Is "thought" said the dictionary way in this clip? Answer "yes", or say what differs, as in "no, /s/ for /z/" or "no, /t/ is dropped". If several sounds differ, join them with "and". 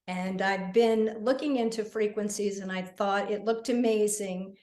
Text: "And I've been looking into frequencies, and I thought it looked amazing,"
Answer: yes